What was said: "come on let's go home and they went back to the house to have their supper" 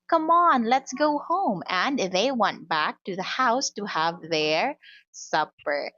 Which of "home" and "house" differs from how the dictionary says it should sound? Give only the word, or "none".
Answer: none